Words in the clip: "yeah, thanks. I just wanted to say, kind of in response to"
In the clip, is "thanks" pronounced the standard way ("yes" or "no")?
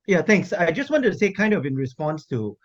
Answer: no